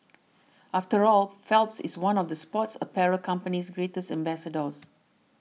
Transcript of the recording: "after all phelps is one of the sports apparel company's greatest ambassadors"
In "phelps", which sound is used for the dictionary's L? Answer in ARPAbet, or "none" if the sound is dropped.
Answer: L